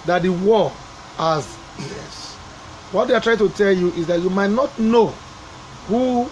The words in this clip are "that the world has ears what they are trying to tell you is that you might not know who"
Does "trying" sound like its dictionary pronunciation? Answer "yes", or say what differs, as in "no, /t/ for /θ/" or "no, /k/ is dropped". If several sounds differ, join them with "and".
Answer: yes